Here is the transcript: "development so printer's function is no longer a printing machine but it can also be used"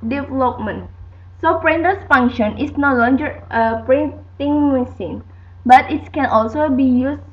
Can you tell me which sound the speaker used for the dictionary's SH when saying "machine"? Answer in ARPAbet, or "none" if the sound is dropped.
S